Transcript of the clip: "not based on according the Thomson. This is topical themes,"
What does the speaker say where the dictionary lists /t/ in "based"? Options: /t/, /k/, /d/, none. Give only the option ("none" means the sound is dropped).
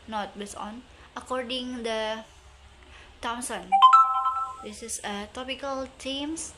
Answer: none